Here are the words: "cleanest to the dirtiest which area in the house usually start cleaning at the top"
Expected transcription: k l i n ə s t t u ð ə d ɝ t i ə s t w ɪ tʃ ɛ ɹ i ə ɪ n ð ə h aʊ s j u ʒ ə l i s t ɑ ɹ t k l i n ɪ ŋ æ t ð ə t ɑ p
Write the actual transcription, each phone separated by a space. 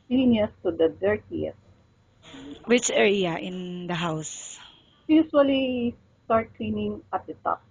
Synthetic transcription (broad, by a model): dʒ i n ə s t t u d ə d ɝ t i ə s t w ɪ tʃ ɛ ɹ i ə ɪ n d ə h aʊ s j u s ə l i s t ɑ ɹ t k l i n ɪ ŋ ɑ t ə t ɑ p